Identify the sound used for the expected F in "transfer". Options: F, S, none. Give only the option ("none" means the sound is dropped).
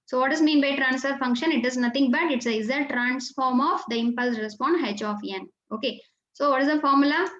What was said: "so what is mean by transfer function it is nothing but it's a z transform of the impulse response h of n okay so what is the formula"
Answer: F